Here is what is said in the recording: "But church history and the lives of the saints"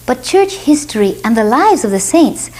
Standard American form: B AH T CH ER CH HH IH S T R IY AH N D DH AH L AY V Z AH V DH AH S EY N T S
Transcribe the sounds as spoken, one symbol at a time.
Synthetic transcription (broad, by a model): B AH T CH ER CH HH IH S T R IY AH N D DH AH L AY V Z AH V DH AH S EY N T S